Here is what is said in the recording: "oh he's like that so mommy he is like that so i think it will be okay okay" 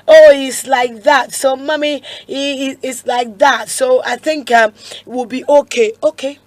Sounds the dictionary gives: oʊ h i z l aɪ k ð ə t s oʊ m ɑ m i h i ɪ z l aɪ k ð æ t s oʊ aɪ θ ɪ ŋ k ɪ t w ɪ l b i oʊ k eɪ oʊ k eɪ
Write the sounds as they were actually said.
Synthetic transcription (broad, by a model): oʊ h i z l aɪ k ð ə t s oʊ m ɑ m i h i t s l aɪ k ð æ t s oʊ aɪ θ ɪ ŋ k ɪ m w ɪ l b i oʊ k eɪ oʊ k eɪ